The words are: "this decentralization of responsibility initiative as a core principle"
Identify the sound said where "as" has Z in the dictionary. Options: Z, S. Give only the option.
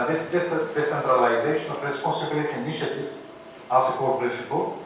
S